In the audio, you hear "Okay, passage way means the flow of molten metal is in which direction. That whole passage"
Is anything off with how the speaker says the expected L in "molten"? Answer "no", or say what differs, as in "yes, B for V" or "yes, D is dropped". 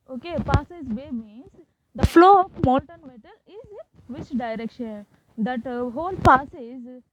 yes, N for L